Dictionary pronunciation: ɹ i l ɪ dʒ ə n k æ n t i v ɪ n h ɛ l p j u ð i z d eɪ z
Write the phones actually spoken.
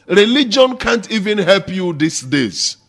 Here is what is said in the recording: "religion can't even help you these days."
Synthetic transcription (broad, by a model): ɹ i l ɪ dʒ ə n k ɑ n t i v ɪ n h ɛ l p j u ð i s d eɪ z